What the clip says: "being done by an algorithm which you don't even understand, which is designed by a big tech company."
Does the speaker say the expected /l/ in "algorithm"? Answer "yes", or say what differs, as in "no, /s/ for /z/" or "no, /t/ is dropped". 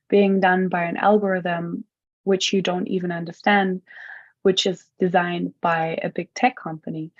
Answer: yes